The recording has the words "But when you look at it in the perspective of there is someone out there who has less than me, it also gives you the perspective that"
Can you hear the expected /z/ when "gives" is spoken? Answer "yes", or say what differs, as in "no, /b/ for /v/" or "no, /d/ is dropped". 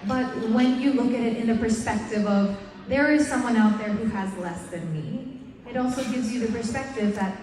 yes